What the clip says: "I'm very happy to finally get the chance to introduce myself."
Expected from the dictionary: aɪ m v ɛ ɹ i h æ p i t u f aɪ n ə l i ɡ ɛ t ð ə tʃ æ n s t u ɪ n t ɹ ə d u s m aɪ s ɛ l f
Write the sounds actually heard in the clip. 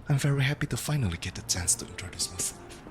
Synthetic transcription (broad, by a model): aɪ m v ɛ ɹ i h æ p i t u f aɪ n ə l i ɡ ɛ t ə tʃ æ n s t u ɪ n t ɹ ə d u s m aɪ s